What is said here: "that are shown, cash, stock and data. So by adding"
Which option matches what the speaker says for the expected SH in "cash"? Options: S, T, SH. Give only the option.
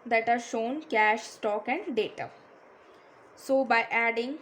SH